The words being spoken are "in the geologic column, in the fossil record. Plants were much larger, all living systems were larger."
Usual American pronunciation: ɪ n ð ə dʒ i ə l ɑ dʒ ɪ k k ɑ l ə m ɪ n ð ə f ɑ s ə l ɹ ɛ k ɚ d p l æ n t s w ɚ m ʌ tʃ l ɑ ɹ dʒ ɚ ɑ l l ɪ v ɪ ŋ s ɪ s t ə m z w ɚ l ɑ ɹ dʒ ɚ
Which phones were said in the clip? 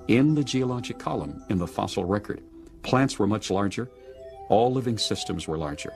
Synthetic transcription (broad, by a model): ɪ n ð ə dʒ i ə l ɑ dʒ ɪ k k ɑ l ə m ɪ n ð ə f ɑ s l ɹ ɛ k ɚ d p l æ n t s w ɚ m ʌ tʃ l ɑ ɹ dʒ ɚ ɑ l l ɪ v ɪ ŋ s ɪ s t ə m z w ɚ l ɑ ɹ dʒ ɚ